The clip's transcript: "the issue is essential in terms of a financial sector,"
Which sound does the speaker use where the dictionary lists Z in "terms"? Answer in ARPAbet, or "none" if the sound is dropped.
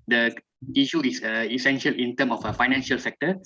none